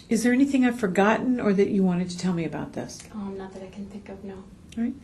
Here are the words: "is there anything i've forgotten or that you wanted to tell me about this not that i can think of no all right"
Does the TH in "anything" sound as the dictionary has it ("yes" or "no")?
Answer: yes